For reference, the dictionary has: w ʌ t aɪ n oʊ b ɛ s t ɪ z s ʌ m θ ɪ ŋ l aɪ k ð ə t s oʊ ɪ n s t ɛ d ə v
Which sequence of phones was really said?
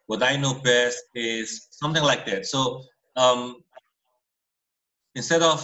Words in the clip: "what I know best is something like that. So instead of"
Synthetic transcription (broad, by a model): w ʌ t aɪ n oʊ b ɛ s t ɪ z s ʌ m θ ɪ ŋ l aɪ k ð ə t s oʊ ɪ n s t ɛ d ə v